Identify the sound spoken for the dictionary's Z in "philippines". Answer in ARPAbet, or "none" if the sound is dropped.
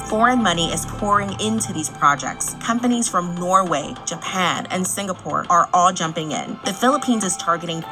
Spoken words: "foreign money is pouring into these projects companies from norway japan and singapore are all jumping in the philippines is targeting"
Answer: Z